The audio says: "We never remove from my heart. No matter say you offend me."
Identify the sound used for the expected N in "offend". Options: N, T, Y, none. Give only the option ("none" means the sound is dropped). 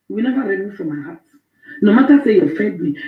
none